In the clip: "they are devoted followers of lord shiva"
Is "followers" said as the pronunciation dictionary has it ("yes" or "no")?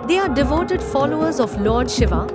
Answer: yes